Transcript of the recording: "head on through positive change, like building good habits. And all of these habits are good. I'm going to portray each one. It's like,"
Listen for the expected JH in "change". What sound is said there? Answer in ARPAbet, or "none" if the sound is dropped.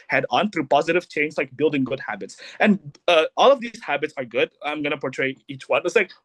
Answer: Z